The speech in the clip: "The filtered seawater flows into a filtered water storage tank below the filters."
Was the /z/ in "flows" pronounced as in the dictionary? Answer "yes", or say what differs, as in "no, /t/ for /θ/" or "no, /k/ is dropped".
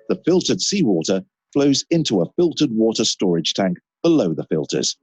yes